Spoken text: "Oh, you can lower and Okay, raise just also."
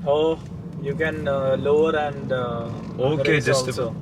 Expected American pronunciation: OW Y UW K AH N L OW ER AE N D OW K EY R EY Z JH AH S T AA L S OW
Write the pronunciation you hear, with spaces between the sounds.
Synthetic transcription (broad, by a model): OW Y UW K AH N L OW ER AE N D OW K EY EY JH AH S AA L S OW